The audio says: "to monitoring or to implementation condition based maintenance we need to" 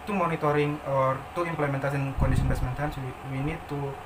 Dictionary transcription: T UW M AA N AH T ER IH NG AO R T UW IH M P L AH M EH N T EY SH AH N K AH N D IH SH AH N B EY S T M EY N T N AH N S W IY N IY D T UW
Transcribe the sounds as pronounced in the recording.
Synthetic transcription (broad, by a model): T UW M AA N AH T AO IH NG AO R T UW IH M P L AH M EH N T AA S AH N K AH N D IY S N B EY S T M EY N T AH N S W IY N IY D T UW